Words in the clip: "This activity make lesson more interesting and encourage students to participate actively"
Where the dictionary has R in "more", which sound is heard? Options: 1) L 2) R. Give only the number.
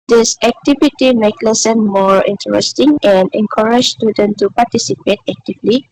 2